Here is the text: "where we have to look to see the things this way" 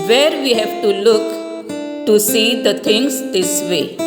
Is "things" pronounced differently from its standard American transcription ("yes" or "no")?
yes